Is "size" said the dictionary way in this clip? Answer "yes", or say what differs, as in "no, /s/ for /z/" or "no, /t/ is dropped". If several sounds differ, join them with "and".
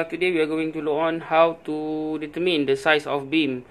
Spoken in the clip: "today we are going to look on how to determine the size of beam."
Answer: no, /s/ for /z/